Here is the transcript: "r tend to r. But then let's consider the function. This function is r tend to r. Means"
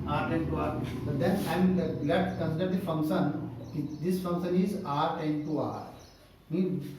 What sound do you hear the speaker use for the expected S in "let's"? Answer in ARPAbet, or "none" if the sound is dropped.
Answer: none